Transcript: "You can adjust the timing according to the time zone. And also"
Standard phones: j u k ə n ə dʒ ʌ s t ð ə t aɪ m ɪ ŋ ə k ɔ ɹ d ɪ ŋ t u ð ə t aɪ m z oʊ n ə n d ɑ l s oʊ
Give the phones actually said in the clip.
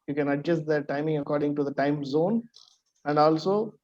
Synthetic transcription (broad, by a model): j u k ə n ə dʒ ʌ s t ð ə t aɪ m ɪ ŋ ə k ɔ ɹ d ɪ ŋ t u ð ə t aɪ m z oʊ n ə n d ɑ l s oʊ